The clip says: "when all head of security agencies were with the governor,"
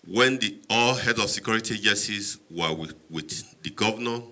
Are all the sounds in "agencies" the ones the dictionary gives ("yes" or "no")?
no